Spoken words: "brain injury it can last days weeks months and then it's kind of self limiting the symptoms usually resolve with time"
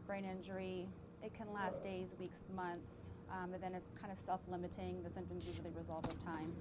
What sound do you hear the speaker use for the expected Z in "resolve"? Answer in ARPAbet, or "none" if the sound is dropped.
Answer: Z